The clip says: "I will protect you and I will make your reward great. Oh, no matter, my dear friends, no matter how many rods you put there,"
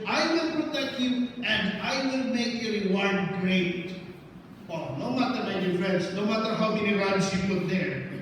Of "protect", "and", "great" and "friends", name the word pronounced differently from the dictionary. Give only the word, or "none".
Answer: friends